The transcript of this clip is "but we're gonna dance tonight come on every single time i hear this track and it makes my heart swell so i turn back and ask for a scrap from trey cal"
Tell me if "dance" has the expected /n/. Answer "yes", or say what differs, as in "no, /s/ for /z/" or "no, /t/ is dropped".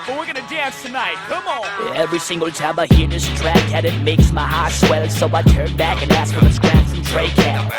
yes